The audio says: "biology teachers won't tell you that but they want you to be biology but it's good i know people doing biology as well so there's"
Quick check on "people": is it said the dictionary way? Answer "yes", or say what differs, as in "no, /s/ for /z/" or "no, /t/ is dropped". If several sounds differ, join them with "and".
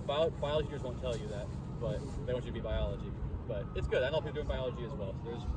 no, /n/ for /l/